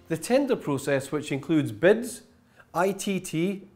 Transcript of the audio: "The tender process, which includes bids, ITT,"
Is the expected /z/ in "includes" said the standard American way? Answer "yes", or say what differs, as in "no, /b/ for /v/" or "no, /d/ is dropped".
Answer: yes